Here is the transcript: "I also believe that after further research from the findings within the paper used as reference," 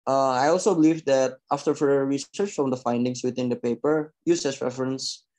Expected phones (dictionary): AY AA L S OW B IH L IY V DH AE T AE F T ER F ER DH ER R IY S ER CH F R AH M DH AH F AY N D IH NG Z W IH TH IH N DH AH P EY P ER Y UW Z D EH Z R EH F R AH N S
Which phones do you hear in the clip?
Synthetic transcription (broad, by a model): AY AA L S OW B IH L IY V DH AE T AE F T ER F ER ER R IY S ER CH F R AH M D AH F AY N D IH NG S W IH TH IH N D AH P EY P ER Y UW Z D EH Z R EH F R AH N S